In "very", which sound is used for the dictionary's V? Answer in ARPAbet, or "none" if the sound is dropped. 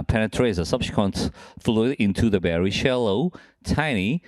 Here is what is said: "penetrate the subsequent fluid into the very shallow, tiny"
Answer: B